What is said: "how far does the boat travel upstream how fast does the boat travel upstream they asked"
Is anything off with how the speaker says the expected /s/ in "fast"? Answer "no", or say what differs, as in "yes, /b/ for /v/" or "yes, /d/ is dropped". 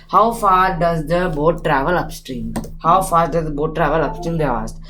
yes, /s/ is dropped